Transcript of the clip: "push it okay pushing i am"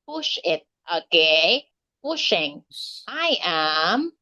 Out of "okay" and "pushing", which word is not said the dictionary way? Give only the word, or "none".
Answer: none